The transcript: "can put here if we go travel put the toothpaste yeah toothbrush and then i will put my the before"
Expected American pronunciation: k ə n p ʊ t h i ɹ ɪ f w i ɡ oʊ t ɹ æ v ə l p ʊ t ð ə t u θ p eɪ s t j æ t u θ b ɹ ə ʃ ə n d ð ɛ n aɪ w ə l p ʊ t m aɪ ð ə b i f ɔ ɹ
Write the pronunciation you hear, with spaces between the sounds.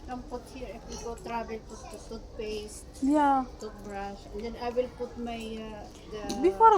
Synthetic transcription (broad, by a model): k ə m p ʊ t h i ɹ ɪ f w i ɡ oʊ t ɹ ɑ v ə l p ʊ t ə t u t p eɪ s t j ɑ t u t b ɹ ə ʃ ə n d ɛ n aɪ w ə l p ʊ t m aɪ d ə b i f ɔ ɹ